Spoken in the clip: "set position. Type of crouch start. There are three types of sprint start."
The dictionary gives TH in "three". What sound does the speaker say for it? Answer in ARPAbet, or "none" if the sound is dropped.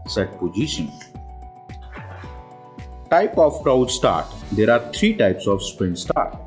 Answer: T